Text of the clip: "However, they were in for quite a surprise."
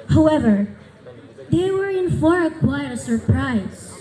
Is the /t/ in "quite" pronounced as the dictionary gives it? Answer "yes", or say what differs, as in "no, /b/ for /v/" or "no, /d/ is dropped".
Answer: no, /t/ is dropped